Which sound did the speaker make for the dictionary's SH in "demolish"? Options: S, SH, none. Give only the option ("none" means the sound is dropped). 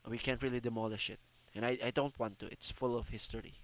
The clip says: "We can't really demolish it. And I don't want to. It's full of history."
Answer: SH